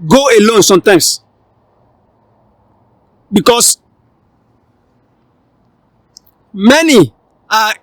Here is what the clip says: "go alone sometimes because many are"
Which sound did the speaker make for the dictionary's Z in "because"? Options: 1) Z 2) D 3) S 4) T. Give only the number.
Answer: 3